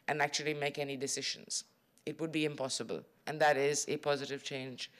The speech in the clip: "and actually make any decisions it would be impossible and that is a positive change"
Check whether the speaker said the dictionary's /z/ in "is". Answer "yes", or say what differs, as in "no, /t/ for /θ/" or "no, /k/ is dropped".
yes